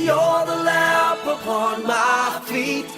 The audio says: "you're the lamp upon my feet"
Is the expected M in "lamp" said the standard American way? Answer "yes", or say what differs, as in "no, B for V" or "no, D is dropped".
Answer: no, M is dropped